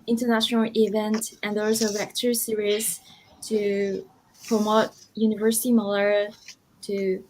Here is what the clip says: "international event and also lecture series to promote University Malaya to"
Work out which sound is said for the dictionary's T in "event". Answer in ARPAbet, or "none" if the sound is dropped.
T